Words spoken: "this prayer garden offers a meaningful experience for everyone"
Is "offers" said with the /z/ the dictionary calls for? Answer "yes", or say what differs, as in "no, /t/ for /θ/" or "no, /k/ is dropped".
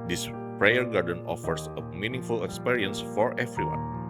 no, /s/ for /z/